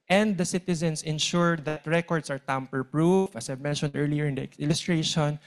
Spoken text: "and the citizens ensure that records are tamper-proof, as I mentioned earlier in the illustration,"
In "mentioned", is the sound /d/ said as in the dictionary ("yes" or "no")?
yes